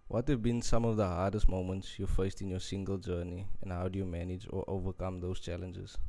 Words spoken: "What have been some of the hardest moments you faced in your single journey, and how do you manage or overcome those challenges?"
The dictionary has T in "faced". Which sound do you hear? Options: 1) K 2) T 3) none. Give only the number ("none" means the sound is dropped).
2